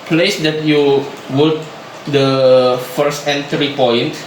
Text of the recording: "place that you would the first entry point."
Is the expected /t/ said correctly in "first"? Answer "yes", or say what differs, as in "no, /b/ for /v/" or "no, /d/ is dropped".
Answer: yes